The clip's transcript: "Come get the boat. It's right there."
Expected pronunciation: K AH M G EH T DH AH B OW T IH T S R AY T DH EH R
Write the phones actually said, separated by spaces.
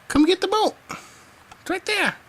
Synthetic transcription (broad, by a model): K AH M G EH T DH AH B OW IH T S R AY T DH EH R